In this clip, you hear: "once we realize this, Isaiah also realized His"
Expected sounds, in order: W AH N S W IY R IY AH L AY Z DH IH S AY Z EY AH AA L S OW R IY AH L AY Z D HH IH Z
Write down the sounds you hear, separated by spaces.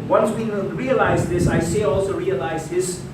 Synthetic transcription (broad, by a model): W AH N S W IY R IY AH L AY Z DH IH S AY S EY AA L S OW R IY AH L AY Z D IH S